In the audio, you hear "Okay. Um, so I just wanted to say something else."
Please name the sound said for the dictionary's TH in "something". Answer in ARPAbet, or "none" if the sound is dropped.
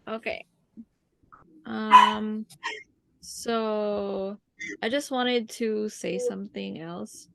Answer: TH